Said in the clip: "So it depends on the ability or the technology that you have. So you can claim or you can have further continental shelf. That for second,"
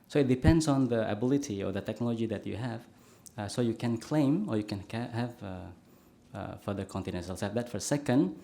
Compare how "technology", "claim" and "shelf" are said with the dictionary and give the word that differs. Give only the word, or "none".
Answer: shelf